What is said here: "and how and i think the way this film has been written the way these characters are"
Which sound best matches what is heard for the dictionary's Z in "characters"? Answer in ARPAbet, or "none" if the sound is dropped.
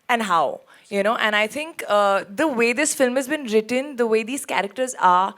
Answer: Z